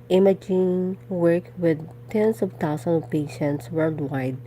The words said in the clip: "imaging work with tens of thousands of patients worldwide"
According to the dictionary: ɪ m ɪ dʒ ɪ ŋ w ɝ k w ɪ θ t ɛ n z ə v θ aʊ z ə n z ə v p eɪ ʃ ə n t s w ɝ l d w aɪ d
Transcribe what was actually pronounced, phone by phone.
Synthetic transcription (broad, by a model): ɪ m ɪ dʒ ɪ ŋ w ɝ k w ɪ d t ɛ n s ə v t aʊ s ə n ə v p eɪ ʃ ə n t s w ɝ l d w aɪ d